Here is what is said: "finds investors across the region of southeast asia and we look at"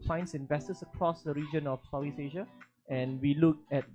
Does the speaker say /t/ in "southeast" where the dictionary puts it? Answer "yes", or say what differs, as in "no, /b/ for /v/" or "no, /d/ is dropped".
no, /t/ is dropped